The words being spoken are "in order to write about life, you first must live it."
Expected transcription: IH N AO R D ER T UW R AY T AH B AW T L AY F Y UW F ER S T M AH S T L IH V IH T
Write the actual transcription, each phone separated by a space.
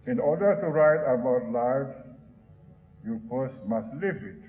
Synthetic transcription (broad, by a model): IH N AO D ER T UW R AY T AH B AW T L AY F Y UW P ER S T M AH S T L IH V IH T